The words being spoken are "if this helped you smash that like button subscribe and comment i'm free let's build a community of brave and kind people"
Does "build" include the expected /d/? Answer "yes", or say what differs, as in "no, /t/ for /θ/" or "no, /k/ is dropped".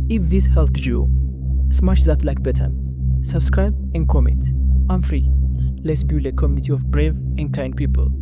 no, /d/ is dropped